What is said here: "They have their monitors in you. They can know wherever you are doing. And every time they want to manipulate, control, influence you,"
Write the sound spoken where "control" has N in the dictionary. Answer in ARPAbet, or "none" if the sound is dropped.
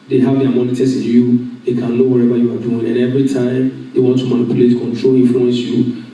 N